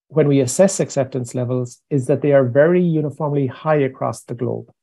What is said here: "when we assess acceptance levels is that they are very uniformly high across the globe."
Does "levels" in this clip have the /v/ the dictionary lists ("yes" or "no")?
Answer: yes